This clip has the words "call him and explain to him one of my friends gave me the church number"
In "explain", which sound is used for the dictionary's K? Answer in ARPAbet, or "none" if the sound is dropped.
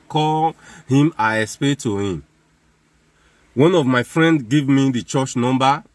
none